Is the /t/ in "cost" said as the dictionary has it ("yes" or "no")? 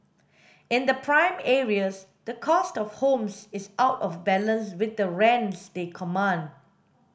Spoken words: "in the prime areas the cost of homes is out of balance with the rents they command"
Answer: yes